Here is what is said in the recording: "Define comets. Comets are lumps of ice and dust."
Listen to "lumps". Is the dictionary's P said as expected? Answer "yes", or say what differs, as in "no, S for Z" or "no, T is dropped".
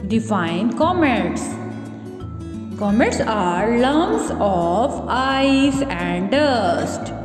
no, P is dropped